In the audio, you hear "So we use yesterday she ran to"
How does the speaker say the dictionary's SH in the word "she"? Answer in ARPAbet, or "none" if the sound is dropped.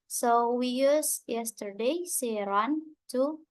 S